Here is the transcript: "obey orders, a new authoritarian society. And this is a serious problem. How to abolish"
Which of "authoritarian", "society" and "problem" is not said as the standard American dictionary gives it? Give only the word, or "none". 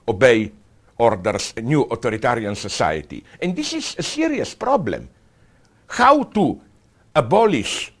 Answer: authoritarian